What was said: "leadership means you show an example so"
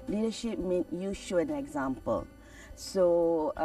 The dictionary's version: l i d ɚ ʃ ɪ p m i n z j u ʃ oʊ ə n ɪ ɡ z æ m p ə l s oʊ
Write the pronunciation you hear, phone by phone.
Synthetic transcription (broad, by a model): l i d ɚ ʃ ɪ p m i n j u ʃ oʊ ə n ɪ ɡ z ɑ m p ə l s oʊ